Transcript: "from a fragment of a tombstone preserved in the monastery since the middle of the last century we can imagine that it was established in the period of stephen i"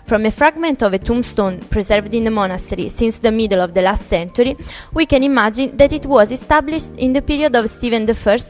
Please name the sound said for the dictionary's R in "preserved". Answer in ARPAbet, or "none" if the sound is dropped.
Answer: R